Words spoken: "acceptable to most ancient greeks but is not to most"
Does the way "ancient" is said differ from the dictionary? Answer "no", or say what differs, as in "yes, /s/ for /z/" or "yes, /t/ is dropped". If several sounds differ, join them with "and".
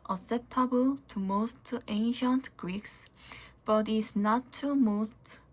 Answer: no